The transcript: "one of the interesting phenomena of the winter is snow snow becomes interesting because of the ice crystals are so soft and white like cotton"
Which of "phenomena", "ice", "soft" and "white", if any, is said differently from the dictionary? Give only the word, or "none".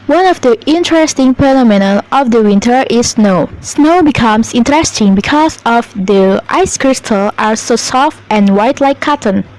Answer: phenomena